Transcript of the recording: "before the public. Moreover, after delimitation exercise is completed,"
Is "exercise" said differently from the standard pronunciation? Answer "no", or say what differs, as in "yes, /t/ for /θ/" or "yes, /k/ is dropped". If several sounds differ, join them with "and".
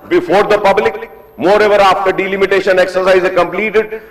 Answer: yes, /z/ is dropped